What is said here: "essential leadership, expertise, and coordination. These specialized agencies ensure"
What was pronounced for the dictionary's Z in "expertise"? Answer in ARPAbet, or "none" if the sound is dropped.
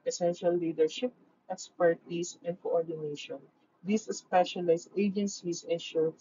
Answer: S